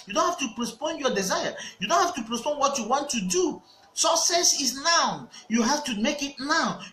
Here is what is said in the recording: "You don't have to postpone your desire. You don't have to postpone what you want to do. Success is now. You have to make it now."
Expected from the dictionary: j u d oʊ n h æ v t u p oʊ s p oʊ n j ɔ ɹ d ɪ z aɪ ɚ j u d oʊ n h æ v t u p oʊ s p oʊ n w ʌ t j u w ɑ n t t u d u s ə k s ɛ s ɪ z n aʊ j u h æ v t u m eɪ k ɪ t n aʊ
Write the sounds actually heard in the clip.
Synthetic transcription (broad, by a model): j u d oʊ n h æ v t u p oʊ s p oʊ n j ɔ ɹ d ɪ z aɪ ɚ j u d oʊ n h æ f t u p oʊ s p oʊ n w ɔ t j u w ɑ n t t u d u s ə k s ɛ s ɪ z n aʊ j u h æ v t u m eɪ k ɪ t n aʊ